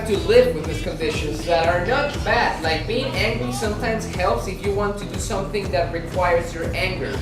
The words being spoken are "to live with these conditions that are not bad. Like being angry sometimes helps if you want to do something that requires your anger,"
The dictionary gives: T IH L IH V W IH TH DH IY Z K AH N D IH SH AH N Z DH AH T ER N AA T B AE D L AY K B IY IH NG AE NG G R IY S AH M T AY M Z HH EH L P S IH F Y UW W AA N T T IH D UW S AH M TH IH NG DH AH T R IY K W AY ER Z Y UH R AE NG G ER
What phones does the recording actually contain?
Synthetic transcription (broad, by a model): T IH L IH V W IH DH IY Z K AH N D IH SH AH N Z DH AH T ER N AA T B AE D L AY K B IY IH NG AE NG G R IY S AH M T AY M Z HH EH L P S IH F Y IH W AA N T T IH D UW S AH M TH IH NG DH AH T R IY K W AY ER Z Y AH R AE NG G ER